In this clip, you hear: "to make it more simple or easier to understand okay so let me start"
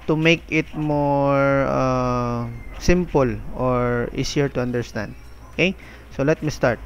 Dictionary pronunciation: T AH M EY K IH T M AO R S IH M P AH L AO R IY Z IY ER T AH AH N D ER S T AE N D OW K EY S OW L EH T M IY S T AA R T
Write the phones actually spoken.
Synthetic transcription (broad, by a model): T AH M EY K IH T M AO R S IH M P AH L AO R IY S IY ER T AH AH N D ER S T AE N D OW K EY S OW L EH T M IY S T AA R T